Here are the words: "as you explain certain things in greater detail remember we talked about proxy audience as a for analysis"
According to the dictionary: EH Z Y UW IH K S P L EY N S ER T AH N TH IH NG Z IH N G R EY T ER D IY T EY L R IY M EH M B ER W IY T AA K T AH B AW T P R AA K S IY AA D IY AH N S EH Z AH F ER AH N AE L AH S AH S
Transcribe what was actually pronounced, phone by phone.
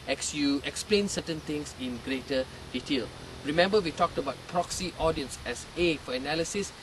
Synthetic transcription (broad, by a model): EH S Y UW IH K S P L EY N S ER T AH N T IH NG S IH N G R EY T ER D IY T EY L R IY M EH M B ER W IY T AA K T AH B AW T P R AA K S IY AA D IY AH N S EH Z AH F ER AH N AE L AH S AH S